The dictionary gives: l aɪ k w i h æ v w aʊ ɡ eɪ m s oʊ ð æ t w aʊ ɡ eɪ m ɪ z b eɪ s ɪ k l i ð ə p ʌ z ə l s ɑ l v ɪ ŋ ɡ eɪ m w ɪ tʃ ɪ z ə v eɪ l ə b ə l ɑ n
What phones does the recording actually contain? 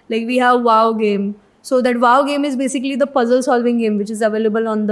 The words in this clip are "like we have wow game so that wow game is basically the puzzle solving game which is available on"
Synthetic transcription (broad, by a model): l aɪ k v i h æ v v aʊ ɡ eɪ m s oʊ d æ t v aʊ ɡ eɪ m ɪ z b eɪ s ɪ k l i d ə p ʌ z ə l s ɑ l v ɪ ŋ ɡ eɪ m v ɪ tʃ ɪ z ə v eɪ l ə b ə l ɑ n